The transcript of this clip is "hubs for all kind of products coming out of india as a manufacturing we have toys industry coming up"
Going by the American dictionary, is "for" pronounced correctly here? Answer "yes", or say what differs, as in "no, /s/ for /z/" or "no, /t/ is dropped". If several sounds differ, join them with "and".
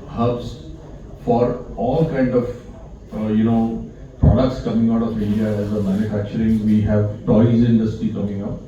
yes